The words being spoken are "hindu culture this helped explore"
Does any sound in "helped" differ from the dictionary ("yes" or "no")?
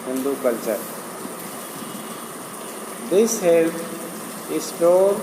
yes